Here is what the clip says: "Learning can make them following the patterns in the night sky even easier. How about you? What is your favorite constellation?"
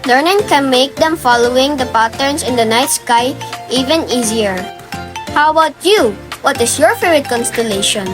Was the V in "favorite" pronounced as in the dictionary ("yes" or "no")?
no